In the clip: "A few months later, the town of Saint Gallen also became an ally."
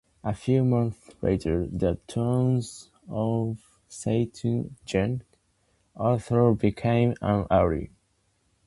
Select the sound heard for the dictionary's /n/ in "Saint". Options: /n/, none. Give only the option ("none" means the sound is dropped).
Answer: none